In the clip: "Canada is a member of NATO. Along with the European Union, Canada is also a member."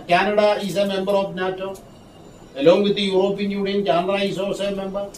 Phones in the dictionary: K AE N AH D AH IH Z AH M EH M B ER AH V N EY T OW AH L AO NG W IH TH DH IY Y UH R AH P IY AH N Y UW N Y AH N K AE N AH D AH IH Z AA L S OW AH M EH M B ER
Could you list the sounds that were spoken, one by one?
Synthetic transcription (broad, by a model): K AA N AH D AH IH S AH M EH M B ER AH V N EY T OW AH L AO NG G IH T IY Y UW R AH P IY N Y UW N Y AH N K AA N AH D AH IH S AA S AH M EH M B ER